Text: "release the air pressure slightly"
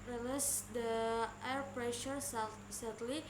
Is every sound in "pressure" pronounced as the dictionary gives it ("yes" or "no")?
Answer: yes